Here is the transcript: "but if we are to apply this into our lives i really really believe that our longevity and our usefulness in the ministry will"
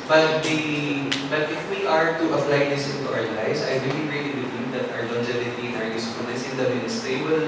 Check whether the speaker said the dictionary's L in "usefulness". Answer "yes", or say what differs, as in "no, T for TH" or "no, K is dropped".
no, L is dropped